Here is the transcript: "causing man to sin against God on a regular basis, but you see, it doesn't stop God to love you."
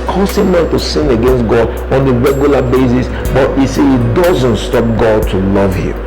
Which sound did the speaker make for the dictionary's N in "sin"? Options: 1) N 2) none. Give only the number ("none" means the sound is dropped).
1